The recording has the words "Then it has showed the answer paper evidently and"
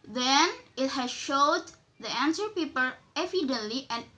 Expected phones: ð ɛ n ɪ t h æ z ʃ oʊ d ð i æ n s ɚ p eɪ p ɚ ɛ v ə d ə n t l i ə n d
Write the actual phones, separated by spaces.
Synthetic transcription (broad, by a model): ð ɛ n ɪ t h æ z ʃ oʊ d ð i æ n s ɚ p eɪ p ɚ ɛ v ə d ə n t l i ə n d